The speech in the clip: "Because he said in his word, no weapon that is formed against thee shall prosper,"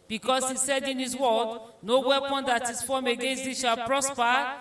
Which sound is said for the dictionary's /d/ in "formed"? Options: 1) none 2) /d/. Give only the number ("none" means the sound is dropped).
1